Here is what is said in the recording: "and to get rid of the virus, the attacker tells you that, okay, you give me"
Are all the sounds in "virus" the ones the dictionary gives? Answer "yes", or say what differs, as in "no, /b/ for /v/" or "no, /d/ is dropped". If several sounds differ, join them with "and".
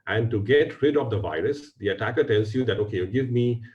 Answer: yes